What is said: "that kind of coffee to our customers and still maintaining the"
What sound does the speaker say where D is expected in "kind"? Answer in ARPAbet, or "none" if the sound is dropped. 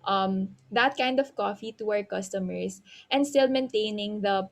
D